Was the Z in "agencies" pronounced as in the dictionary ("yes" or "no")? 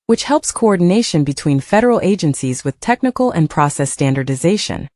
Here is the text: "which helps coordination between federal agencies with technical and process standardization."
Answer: yes